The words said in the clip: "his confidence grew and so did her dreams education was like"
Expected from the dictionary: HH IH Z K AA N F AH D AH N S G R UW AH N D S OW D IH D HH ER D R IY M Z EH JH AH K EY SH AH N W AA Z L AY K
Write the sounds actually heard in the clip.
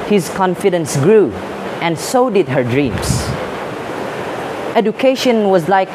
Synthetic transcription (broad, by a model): HH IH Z K AA N F AH D AH N S G R UW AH N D S OW D IH D HH ER D R IY M S EH JH AH K EY SH AH N W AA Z L AY K